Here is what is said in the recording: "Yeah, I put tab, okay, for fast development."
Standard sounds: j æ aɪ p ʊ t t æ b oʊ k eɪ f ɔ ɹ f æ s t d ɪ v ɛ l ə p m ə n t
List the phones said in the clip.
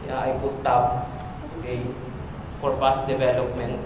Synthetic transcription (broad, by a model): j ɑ aɪ b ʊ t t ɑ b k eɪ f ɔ ɹ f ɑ s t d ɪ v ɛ l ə p m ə n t